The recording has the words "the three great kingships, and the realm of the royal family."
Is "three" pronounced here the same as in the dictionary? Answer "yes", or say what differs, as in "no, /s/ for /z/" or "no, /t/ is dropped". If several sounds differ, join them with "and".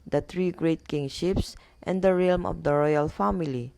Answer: no, /t/ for /θ/